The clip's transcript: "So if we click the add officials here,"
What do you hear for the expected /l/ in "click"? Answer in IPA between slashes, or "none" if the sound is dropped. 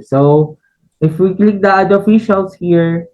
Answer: /l/